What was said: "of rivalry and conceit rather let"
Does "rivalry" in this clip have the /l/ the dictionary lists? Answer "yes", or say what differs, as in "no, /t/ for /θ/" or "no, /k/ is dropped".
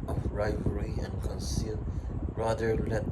no, /l/ is dropped